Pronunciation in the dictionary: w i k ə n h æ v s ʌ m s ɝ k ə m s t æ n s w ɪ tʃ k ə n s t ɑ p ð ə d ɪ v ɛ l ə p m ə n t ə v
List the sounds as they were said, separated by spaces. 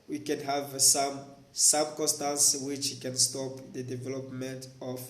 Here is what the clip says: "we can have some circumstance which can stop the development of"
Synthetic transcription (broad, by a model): w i k ə n h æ v s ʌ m s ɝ k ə s t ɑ n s w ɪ tʃ k ə n s t ɑ p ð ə d ɪ v ɛ l ə p m ə n t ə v